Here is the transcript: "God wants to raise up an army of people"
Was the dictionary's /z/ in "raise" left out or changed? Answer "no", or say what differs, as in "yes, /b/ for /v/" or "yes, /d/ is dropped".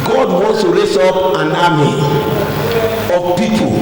yes, /s/ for /z/